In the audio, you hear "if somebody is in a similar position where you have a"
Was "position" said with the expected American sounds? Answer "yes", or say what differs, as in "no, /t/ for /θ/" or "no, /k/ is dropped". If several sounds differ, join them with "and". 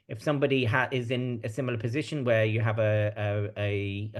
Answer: yes